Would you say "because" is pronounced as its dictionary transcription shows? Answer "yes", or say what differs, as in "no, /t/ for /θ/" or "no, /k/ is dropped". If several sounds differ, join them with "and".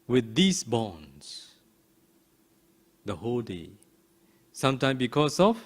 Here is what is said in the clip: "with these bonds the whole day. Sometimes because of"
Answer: no, /s/ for /z/